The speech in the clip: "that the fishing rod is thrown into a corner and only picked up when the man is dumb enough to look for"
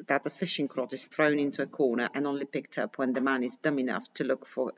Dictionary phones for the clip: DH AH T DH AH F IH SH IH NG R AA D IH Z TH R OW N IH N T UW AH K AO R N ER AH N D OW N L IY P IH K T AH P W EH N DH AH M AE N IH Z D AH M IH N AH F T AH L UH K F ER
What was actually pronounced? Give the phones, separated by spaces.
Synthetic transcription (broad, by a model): DH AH T DH AH F IH SH IH NG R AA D IH Z TH R OW N IH N T UW AH K AO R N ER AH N OW N L IY P IH K T AH P W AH N DH AH M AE N IH Z D AH M IH N AH F T AH L UH K F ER